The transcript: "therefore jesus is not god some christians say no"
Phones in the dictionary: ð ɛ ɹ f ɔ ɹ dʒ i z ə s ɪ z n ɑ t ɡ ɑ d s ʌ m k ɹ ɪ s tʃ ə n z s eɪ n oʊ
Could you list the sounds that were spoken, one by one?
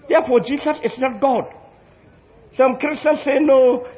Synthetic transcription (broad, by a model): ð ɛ f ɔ dʒ i s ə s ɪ s n ɑ t ɡ ɑ d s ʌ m k ɹ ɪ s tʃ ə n s eɪ n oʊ